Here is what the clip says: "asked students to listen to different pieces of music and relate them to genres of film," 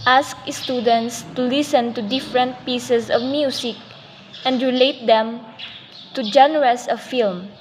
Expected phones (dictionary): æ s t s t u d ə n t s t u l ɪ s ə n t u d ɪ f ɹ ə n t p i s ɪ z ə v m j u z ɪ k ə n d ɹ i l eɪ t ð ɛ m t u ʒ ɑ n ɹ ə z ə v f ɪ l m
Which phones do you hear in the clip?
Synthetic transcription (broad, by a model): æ s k s t u d ə n t s t u l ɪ s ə n t u d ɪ f ɹ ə n t p i s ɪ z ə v m j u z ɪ k ə n d ɹ i l eɪ t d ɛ m t u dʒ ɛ n ɹ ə s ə f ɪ l m